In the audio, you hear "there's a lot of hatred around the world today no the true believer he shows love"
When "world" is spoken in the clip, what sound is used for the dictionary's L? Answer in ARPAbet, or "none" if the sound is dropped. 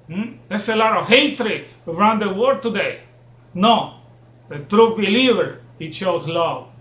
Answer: none